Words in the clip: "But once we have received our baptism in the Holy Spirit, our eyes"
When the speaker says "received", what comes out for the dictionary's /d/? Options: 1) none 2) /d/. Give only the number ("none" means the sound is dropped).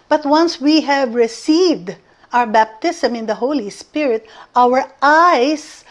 2